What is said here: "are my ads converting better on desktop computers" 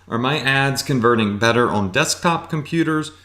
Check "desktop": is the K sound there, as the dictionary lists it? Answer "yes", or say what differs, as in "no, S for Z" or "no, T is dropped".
yes